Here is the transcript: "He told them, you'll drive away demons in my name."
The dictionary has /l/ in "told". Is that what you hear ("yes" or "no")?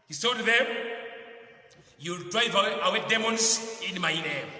no